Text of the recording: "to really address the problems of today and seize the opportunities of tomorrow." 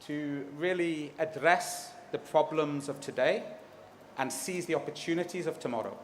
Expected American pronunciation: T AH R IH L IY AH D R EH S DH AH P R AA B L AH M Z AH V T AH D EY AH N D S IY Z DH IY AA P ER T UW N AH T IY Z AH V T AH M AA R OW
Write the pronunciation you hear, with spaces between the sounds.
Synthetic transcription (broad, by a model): T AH R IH L IY AH D R EH S DH AH P R AA B L AH M Z AH V T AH D EY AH N S IY Z DH IY AA P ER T UW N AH T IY Z AH V T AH M AA R OW